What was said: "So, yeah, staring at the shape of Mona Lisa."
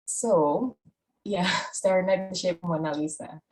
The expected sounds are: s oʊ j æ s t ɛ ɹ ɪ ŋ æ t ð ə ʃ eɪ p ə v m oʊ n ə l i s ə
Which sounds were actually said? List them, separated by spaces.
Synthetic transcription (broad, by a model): s oʊ j æ s t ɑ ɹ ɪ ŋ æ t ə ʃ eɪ ə p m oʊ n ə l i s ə